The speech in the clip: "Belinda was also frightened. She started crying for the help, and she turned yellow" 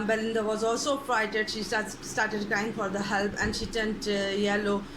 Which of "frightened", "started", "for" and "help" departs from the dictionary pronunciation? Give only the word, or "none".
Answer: frightened